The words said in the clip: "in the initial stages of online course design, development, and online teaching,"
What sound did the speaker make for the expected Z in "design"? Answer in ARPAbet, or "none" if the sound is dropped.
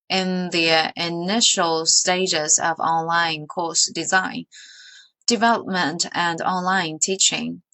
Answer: Z